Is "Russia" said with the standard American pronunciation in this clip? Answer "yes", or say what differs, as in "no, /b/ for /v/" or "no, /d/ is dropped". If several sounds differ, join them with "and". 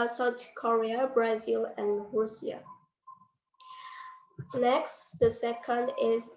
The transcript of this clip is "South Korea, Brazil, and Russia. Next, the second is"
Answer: no, /s/ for /ʃ/